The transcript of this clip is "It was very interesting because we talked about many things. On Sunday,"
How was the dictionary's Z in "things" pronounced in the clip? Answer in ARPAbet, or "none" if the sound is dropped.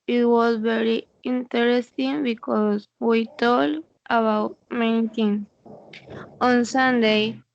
none